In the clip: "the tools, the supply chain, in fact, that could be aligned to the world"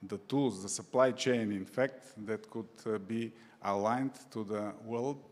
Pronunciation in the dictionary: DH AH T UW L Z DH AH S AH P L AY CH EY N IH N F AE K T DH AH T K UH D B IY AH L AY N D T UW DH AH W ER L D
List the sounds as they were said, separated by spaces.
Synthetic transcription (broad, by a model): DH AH T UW L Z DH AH S AH P L AY CH EY N IH N F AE K T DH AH T K UH D B IY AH L AY N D T UW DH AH W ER L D